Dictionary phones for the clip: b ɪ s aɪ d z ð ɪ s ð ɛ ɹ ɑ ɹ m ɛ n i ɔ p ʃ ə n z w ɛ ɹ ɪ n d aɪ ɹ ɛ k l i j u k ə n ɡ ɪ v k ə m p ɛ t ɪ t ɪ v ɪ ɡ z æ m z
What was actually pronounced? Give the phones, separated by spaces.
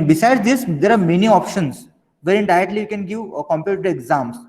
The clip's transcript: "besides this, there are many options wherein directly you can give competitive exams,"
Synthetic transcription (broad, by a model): b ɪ s aɪ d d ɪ s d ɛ ɹ ɑ ɹ m ɛ n i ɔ p ʃ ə n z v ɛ ɹ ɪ n d aɪ ɛ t l i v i k ə n ɡ ɪ v k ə m p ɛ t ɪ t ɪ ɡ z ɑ m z